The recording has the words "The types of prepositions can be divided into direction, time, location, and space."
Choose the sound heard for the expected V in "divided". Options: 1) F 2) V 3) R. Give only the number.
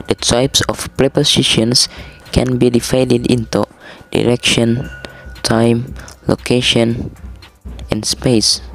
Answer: 1